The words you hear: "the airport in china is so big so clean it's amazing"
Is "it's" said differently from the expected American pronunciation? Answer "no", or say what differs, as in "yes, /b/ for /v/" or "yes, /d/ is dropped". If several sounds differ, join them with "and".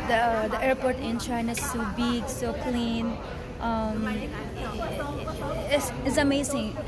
yes, /s/ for /t/